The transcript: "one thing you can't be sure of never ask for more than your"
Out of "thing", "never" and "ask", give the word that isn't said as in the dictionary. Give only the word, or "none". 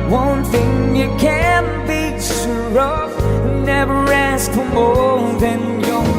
none